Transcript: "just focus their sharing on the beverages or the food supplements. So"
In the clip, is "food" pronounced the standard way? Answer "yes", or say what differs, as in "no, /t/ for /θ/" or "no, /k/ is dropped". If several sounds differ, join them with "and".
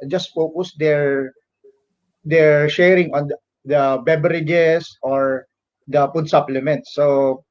no, /p/ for /f/